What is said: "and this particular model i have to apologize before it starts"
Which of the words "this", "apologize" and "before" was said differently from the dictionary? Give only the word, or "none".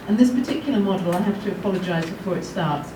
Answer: none